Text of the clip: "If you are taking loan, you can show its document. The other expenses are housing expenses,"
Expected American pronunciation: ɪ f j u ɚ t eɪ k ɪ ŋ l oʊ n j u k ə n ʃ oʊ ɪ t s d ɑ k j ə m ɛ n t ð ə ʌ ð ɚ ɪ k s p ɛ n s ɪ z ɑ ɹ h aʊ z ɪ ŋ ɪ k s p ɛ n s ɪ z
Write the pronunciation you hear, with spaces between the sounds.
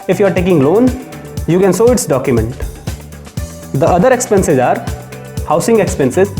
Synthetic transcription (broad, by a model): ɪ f j u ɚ t eɪ k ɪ ŋ l oʊ n j u k ə n s oʊ ɪ t s d ɑ k j ə m ɛ n t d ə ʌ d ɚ ɪ k s p ɛ n s ɪ z ɑ ɹ h aʊ s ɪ ŋ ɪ k s p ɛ n s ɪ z